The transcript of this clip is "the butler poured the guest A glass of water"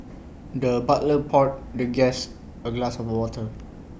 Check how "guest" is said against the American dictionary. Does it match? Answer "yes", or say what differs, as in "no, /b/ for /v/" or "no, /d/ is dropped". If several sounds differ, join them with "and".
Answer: no, /t/ is dropped